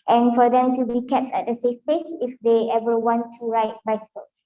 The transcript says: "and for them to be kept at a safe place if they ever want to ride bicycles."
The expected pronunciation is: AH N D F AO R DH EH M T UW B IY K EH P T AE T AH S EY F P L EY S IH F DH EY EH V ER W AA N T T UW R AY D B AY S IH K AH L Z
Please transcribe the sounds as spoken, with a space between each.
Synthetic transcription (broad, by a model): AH N F AO R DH EH M T UW B IY K EH P T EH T AH S EY F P EY S IH F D EY EH V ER W AA N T T UW R AY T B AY S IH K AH L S